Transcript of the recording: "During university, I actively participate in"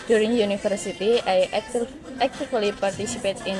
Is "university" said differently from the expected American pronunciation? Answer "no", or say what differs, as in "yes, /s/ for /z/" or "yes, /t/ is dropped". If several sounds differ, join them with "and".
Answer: yes, /f/ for /v/